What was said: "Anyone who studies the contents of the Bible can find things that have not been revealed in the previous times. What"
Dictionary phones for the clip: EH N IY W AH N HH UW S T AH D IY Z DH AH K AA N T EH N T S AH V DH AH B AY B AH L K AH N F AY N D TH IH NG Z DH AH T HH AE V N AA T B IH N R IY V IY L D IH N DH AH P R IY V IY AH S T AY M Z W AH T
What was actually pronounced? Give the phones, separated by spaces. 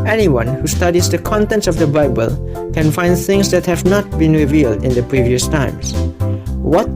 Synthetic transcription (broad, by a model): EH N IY W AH N HH UW S T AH D IY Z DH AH K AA N T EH N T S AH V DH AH B AY B AH L K AH N F AY N D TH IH NG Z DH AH T HH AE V N AA T B IH N R IY V IY L D IH N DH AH P R IY V IY AH S T AY M S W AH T